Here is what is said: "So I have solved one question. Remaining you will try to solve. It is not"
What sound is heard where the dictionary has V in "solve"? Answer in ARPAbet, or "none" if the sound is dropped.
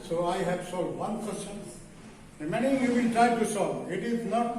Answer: none